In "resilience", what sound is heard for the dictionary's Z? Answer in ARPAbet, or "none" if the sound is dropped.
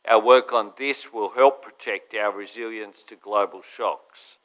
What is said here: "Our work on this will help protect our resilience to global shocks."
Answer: Z